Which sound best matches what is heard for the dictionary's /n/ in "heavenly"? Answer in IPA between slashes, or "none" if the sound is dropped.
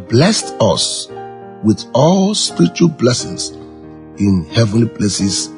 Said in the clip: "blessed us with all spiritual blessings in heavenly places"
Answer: /n/